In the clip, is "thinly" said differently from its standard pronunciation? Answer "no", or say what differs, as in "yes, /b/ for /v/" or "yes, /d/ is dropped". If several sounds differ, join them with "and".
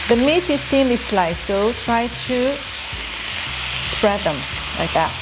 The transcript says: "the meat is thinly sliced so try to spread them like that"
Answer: yes, /l/ is dropped